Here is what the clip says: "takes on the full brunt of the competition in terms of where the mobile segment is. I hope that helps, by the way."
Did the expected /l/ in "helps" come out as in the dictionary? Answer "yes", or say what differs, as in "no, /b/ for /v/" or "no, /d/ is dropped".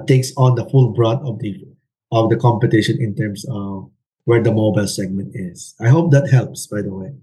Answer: yes